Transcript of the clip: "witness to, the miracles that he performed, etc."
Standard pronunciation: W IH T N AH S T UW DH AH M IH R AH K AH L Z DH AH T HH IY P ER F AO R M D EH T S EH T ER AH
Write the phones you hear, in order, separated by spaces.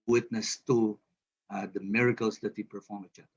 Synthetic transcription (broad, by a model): W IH T N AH S T UW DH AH M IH R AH K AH L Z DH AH T HH IY P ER F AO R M EH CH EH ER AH